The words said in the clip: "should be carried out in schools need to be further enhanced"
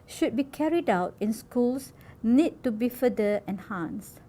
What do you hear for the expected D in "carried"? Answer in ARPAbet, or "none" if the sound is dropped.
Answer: D